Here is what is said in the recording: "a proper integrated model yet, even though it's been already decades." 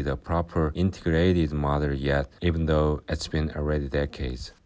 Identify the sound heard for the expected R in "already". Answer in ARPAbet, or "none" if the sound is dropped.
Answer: R